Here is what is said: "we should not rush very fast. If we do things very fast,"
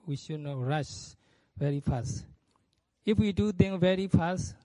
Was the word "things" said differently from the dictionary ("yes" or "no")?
yes